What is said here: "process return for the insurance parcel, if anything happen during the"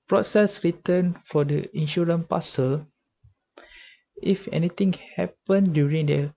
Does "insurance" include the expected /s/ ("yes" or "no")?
no